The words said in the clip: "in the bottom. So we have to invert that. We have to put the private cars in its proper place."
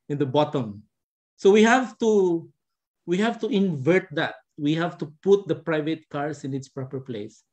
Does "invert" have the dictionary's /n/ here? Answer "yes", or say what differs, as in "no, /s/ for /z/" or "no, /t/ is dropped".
yes